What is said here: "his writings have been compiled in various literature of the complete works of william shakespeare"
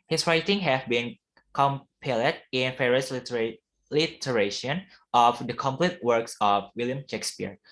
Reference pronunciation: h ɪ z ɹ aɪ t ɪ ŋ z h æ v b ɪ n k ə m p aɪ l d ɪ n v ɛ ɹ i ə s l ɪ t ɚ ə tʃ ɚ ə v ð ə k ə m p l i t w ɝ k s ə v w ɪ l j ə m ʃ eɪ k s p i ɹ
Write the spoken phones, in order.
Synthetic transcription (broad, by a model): h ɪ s ɹ aɪ t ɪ ŋ h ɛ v b ɪ n k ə m p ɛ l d ɪ n f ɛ ɹ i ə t l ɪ t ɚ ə ʃ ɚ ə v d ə k ə m p l i t w ɝ k s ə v w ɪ l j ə m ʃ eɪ k s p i ɹ